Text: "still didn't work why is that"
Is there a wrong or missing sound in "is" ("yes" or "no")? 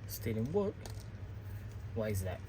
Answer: no